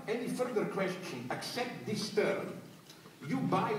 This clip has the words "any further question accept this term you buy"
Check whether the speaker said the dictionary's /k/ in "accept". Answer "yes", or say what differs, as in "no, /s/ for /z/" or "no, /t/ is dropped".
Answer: yes